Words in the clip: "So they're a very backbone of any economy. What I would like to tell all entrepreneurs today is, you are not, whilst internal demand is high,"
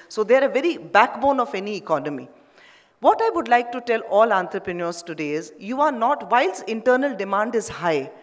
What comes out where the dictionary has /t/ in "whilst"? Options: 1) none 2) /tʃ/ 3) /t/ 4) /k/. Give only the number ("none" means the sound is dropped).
1